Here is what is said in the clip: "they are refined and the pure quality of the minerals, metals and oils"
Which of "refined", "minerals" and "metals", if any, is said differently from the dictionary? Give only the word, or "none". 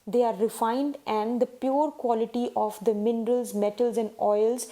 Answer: none